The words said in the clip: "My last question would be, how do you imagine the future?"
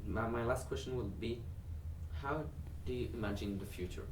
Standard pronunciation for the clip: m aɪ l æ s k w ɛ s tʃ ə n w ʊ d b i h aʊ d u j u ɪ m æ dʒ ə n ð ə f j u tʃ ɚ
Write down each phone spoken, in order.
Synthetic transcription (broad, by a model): m aɪ l æ s k w ɛ s tʃ ə n w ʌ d b i h aʊ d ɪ j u ɪ m æ dʒ ə n ð ə f j u tʃ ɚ